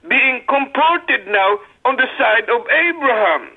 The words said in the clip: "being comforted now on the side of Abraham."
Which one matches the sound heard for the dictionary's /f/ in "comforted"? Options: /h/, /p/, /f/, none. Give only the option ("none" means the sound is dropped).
/p/